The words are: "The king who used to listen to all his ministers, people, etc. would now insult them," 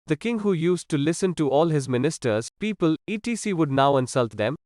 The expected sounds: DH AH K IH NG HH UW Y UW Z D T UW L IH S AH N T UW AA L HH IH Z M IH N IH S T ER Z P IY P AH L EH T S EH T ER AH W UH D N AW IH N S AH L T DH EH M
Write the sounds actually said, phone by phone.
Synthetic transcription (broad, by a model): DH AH K IH NG HH UW Y UW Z T UW L IH S AH N T UW AA L HH IH Z M IH N IH S T ER Z P IY P AH L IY T IY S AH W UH D N AW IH N S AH L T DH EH M